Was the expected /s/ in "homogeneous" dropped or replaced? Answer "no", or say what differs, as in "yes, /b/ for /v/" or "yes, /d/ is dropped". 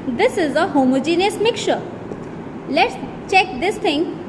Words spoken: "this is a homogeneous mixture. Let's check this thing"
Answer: no